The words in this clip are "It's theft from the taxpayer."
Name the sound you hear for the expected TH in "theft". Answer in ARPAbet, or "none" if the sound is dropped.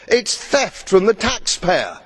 TH